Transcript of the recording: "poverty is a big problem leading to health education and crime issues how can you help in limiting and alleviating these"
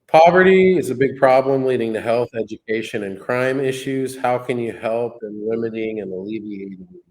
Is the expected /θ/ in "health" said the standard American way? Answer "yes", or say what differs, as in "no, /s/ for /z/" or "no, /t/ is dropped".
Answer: yes